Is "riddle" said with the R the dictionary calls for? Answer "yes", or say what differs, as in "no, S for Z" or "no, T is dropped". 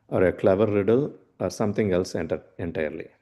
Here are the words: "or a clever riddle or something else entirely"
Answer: yes